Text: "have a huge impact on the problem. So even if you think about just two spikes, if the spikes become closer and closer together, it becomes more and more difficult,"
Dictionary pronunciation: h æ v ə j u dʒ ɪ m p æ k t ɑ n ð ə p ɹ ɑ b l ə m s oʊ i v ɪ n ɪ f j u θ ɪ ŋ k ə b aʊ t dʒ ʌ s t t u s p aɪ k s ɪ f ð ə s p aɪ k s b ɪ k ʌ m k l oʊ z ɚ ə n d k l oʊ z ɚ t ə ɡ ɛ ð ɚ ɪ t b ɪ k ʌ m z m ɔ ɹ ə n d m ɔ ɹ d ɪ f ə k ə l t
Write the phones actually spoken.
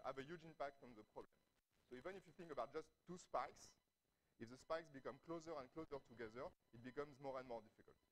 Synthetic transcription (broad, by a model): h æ v ə j u dʒ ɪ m p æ k t ɑ n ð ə p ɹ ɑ b l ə m s oʊ i v ɪ n ɪ f j u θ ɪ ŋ k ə b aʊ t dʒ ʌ s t t u s p aɪ k s ɪ f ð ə s p aɪ k s b ɪ k ʌ m k l oʊ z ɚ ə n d k l oʊ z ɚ t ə ɡ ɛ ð ɚ ɪ t b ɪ k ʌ m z m ɔ ɹ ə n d m ɔ ɹ d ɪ f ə k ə l t